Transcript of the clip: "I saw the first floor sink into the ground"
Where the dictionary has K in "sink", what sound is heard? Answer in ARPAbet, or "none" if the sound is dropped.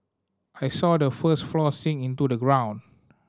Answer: none